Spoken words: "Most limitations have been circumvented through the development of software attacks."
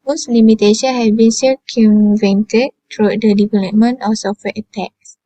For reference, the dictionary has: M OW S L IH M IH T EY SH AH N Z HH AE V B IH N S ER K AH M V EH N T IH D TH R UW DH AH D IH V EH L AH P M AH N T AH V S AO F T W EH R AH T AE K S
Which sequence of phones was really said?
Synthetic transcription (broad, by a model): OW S L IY M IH T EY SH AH N HH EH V B IH N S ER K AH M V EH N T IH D T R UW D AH D IH V EH L AH P M AH N T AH F S AO F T W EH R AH T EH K S